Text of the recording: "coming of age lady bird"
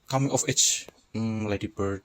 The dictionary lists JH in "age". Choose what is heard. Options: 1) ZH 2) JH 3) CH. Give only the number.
3